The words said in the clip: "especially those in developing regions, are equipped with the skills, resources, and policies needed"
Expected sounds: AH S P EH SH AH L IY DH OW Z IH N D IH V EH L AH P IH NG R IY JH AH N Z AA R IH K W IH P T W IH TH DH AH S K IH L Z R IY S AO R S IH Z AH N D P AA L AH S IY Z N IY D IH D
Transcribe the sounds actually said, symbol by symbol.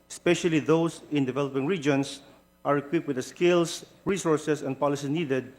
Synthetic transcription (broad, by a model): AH S P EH SH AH L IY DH OW S IH N D IH V EH L AH P IH NG R IY JH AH N S AA R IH K W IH P W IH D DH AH S K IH L S R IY S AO R S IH S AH N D P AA L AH S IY N IY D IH D